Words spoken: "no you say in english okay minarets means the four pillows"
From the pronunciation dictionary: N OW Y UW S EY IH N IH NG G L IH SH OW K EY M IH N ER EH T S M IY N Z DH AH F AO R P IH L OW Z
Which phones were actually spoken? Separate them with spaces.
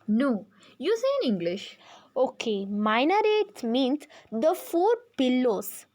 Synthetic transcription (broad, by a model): N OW Y UW S EY IH N IH NG G L IH SH OW K EY M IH N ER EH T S M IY N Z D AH F AO R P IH L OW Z